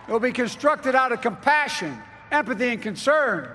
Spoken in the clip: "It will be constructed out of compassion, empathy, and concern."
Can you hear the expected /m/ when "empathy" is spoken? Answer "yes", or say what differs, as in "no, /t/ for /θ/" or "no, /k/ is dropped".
yes